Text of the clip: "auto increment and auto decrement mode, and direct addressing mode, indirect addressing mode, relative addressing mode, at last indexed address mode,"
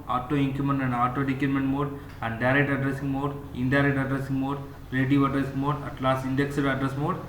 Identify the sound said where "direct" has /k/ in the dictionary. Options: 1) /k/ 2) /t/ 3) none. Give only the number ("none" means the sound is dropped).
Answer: 1